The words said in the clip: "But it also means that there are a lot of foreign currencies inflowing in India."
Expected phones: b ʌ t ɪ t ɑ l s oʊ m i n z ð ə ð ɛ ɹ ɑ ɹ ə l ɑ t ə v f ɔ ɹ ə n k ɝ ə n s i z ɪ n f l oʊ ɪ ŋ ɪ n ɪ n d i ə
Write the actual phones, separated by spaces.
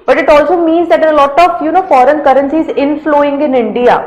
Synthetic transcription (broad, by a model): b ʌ t ɪ t ɑ l s oʊ m i n z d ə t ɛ l ɑ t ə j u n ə f ɔ ɹ ə n k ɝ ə n s i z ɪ n f l oʊ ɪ ŋ ɪ n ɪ n d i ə